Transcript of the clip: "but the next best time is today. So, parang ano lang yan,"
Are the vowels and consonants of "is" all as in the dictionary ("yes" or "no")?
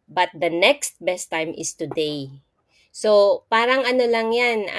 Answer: no